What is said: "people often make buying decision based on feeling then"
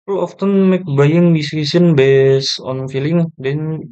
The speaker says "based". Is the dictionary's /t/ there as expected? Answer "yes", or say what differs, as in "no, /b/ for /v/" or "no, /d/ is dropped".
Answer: no, /t/ is dropped